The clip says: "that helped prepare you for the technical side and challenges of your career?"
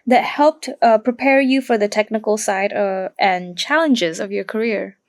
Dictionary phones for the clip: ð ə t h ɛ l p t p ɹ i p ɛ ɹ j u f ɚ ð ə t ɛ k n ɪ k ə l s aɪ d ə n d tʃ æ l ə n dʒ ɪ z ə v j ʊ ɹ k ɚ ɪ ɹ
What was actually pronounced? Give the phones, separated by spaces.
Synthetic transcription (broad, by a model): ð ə t h ɛ l p t p ɹ i p ɛ ɹ j u f ɚ ð ə t ɛ k n ɪ k ə l s aɪ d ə n tʃ æ l ə n dʒ ɪ z ə v j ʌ ɹ k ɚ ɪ ɹ